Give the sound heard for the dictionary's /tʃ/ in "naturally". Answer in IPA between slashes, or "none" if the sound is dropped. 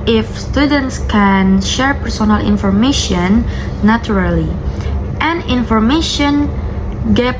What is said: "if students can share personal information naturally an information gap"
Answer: none